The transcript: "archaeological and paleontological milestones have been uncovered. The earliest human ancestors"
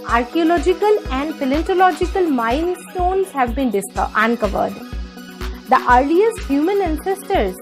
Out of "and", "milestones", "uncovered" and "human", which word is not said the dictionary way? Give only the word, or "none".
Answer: milestones